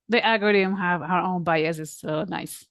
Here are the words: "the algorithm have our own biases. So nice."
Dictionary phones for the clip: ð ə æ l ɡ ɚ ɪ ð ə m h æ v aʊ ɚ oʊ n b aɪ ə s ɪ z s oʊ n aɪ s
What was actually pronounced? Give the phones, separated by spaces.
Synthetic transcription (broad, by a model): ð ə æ ɡ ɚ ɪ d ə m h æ v aʊ ɚ oʊ n b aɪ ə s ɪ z s oʊ n aɪ s